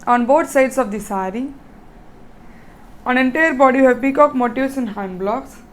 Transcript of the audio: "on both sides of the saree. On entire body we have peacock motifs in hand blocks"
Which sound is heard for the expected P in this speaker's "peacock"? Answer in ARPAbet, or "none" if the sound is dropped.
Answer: B